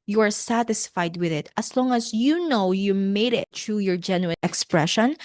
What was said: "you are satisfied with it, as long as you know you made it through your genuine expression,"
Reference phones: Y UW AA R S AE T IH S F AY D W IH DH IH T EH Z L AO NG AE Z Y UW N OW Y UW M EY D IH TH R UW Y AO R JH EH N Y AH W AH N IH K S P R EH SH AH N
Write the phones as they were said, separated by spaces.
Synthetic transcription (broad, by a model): Y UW AA R S AE T IH S F AY D W IH DH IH T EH S L AO NG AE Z Y UW N OW Y UW M EY D IH T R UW Y AO R JH EH N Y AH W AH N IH K S P R EH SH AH N